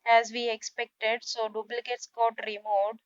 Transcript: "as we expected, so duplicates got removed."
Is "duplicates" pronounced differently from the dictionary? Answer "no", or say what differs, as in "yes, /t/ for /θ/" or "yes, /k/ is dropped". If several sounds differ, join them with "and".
yes, /b/ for /p/